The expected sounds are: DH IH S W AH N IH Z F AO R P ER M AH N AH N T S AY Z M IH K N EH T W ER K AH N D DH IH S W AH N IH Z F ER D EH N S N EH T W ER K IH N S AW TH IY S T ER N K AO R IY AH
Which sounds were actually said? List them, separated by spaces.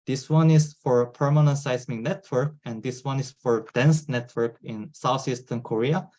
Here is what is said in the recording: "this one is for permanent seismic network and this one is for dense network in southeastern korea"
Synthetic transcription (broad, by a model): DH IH S W AH N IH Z F AO R P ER M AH N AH N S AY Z IH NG N EH T W ER K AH N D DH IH S W AH N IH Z F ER D EH N S N EH T W ER K IH N S AW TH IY S T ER N K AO R IY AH